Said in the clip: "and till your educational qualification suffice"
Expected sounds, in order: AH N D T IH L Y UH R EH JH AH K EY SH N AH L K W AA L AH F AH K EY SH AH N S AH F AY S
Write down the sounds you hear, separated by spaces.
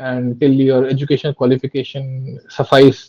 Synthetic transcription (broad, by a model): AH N D T IH L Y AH R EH JH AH K EY SH AH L K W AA L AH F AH K EY SH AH N S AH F AY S